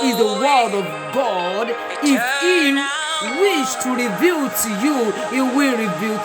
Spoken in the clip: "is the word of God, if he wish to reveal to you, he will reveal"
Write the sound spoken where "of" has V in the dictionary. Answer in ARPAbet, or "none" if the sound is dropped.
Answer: V